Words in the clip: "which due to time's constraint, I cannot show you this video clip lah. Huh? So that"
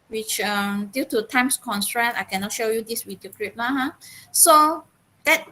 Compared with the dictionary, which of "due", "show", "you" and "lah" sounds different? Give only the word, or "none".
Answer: lah